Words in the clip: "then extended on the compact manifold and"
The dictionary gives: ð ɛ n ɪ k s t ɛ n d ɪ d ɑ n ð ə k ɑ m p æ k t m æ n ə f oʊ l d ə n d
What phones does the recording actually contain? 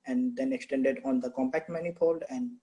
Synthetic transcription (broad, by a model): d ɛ n ɪ k s t ɛ n d ɪ d ɑ n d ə k ɑ m p æ k t m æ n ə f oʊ l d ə n d